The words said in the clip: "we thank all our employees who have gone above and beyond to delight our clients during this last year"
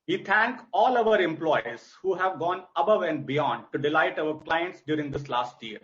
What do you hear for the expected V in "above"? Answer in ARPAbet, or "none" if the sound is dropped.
V